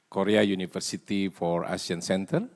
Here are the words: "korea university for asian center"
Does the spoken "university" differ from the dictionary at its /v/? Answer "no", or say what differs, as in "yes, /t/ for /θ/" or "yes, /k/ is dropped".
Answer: yes, /f/ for /v/